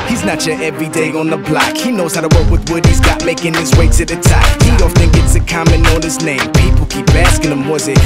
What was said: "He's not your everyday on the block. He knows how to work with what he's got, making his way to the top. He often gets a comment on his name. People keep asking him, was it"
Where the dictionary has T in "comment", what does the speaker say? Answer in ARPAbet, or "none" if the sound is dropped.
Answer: none